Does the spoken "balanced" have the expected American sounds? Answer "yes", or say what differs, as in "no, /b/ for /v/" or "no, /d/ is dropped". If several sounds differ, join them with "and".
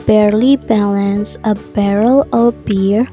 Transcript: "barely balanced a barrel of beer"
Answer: no, /t/ is dropped